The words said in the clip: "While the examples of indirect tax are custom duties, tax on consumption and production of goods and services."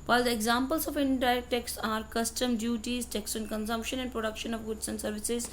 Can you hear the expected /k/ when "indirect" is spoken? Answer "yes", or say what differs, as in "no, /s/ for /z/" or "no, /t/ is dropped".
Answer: no, /k/ is dropped